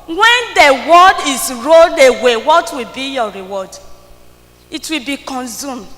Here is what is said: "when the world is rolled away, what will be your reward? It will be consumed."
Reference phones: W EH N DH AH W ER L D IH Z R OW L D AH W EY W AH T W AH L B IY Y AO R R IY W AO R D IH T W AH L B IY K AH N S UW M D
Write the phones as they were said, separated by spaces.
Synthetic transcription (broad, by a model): W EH N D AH W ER D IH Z R OW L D AH W EY W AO T W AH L B IY Y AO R R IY W AO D IH T W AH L B IY K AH N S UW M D